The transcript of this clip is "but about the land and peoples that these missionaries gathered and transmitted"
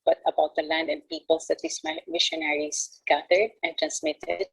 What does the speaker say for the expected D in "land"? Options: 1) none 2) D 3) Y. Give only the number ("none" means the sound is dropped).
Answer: 2